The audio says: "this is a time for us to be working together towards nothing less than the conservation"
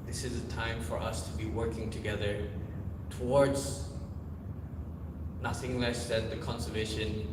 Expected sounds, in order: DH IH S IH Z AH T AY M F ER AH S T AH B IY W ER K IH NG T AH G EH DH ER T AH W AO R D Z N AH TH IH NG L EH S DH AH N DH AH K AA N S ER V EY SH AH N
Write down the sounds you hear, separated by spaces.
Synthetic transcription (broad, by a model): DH IH S IH Z AH T AY M F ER AH S T AH B IY W ER K IH NG T AH G EH DH ER T AH W AO R D Z N AH TH IH NG L EH S DH AH N DH AH K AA N S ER V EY SH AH N